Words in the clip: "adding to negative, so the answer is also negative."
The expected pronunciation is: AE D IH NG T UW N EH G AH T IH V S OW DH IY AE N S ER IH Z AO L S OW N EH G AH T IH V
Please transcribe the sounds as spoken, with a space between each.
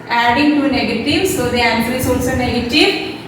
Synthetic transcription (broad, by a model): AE D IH NG T UW N EH G AH T IH V S OW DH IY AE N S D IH S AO S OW N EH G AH T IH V